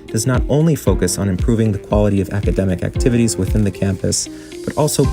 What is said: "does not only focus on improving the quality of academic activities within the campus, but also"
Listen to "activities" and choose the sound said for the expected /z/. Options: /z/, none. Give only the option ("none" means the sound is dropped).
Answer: /z/